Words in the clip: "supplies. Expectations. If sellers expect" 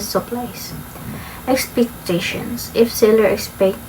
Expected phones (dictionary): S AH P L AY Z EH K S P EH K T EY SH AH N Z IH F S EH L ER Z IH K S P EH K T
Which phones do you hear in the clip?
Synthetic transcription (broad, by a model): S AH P L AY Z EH K S P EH K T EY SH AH N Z IH F S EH L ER IH K S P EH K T